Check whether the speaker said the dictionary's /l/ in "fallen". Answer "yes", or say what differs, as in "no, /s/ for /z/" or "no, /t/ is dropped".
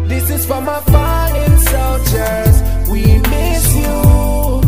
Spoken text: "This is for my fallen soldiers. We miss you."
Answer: no, /l/ is dropped